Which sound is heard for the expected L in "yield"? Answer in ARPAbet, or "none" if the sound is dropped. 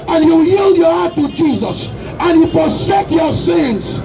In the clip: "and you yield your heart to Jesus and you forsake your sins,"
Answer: L